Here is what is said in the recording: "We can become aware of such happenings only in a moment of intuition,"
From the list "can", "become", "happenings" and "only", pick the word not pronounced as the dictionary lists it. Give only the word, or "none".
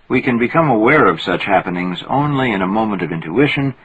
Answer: none